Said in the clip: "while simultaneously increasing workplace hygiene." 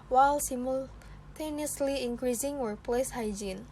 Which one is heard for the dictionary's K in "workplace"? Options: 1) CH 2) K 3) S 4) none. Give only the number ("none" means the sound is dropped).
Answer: 4